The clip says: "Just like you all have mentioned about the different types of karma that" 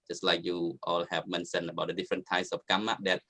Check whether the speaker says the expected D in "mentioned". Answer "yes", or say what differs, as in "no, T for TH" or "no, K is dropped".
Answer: no, D is dropped